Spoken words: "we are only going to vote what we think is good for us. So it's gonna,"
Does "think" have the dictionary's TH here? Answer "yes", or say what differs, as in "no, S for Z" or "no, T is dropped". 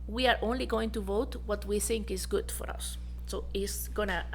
yes